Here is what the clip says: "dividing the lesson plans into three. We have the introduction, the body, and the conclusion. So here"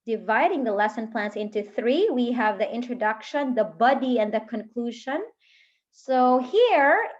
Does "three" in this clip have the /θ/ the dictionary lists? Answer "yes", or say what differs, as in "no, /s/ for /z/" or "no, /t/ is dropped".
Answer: yes